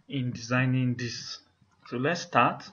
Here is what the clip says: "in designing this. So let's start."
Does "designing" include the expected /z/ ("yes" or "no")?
yes